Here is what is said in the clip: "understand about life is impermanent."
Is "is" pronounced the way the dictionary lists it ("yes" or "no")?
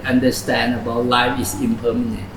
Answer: no